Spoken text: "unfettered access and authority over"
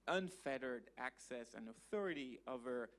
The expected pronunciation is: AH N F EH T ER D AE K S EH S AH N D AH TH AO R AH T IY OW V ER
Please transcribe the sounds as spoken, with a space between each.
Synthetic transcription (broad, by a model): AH N F EH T ER D AE K S EH S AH N AH TH AO R AH T IY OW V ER